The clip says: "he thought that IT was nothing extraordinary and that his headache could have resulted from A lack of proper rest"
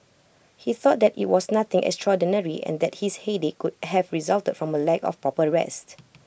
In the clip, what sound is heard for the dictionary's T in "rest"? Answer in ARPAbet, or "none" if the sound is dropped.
T